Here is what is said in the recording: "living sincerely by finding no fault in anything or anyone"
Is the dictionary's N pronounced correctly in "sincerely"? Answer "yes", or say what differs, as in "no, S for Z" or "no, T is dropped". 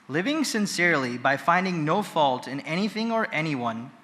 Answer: yes